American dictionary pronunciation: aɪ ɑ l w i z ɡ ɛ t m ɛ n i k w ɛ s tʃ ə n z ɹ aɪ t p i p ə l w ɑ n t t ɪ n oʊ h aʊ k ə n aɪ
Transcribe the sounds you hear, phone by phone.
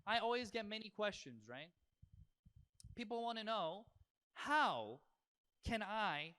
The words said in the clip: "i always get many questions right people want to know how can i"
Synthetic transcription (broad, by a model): aɪ ɑ l w i z ɡ ɛ t m ɛ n i k w ɛ s tʃ ə n z ɹ aɪ t p i p l w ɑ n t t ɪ n oʊ h aʊ k ə n aɪ